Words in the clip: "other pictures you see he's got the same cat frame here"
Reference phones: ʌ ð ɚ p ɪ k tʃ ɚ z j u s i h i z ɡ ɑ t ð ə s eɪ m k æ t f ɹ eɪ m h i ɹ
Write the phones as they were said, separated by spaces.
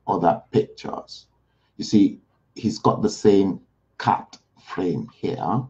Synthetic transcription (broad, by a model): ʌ ð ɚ p ɪ k tʃ ɚ z j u s i h i z ɡ ɑ t ð ə s eɪ m k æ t f ɹ eɪ m h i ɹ